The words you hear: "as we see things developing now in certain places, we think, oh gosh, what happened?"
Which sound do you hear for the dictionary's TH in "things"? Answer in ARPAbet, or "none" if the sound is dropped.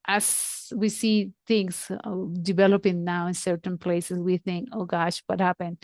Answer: T